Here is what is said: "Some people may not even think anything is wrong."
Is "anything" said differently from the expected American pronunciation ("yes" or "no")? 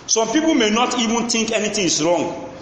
yes